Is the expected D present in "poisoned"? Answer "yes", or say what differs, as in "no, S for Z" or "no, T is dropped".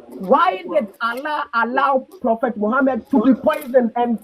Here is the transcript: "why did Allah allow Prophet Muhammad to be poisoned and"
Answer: no, D is dropped